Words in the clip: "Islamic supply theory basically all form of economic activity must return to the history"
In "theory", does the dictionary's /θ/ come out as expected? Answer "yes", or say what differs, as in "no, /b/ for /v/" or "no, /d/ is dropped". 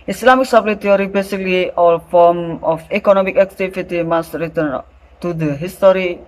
no, /t/ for /θ/